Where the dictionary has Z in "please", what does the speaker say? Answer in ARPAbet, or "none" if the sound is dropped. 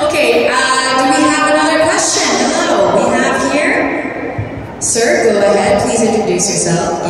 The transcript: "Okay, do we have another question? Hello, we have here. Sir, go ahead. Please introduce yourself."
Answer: Z